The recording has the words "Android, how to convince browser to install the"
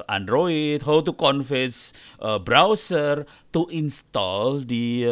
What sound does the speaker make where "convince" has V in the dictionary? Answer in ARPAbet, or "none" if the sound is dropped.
F